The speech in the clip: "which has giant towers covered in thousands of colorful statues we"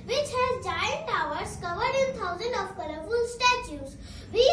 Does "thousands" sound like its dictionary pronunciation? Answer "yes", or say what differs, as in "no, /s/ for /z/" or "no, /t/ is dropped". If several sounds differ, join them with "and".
no, /t/ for /θ/